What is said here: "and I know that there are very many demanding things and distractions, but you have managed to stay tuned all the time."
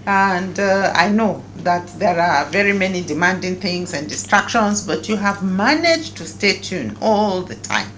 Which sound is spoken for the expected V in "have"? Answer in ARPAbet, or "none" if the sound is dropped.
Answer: V